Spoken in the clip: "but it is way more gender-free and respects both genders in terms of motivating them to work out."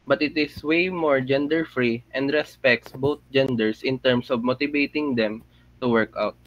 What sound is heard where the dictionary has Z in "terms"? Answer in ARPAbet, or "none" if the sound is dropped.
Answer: S